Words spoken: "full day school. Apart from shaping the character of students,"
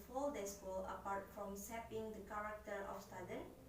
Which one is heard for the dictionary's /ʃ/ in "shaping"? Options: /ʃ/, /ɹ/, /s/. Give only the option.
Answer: /s/